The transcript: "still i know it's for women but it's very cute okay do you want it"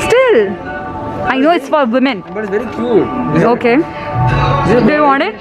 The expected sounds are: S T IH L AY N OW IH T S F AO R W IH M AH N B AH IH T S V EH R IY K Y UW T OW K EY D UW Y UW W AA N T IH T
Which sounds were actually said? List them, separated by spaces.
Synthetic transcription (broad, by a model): S T IH L AY N OW IH T S F AO R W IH M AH N B AH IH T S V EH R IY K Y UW OW K EY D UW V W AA N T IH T